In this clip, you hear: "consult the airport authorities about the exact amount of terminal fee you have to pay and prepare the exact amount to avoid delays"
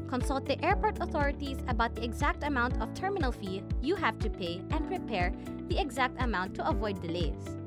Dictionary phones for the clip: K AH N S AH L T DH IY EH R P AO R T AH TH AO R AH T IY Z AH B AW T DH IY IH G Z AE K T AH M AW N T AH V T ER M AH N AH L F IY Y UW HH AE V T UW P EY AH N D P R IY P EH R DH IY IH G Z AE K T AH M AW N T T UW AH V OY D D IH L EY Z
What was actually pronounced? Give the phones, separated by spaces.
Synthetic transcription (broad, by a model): K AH N S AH L T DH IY EH R P AO R T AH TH AO R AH T IY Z AH B AW T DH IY IH G Z AE K T AH M AW N T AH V T ER M AH N AH L F IY Y UW HH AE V T UW P EY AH N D P R IY P EH R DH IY IH G Z AE K T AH M AW N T T UW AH V OY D D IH L EY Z